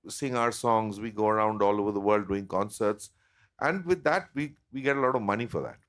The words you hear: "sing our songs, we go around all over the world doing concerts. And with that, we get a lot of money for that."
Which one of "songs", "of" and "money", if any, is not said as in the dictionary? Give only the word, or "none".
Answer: none